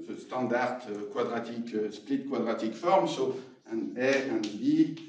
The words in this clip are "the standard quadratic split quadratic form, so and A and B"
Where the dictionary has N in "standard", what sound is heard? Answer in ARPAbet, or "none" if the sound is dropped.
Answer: none